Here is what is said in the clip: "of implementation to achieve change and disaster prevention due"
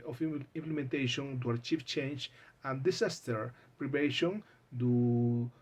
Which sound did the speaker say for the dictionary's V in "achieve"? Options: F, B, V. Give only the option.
F